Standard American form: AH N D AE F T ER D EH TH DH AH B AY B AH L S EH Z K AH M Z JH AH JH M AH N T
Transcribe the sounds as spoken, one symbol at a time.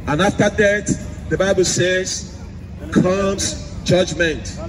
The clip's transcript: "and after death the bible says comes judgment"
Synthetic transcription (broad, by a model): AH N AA F T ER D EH T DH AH B AY B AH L S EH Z K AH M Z JH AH JH M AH N T